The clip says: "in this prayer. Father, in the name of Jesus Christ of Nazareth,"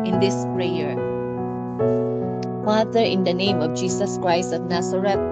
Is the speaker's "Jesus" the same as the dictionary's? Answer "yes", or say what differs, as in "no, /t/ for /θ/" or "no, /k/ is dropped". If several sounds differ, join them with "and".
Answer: no, /s/ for /z/